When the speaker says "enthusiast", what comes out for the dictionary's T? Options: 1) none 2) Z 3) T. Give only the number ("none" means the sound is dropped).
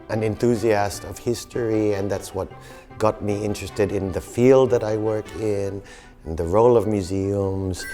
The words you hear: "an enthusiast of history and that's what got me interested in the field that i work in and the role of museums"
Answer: 3